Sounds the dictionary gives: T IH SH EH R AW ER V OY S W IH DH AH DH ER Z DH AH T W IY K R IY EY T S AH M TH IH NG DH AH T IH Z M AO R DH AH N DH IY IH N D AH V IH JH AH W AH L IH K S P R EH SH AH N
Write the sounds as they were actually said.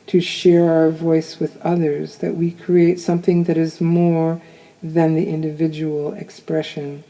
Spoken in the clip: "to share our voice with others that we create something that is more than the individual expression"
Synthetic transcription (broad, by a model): T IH SH EH R AW ER V OY S W IH DH AH DH ER Z DH AH T W IY K R IY EY T S AH M TH IH NG DH AH T IH Z M AO R DH AH N DH IY IH N D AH V IH JH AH W L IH K S P R EH SH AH N